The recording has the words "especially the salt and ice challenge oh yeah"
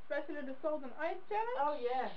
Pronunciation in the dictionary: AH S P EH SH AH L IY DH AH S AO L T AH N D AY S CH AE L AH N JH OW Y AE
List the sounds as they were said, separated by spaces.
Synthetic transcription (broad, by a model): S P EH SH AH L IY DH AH S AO L AH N AY S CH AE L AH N OW Y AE